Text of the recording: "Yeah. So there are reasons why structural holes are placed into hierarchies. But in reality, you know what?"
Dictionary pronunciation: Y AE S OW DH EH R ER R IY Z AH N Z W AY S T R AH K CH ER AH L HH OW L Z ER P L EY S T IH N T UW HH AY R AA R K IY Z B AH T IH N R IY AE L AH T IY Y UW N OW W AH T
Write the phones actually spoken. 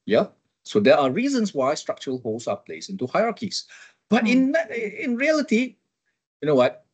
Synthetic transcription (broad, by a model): Y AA S OW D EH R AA R IY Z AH N S W AY S T R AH K CH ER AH L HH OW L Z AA P L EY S IH N T UW HH AY R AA K IY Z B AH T IH N R IY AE L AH T IY Y UW N OW W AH T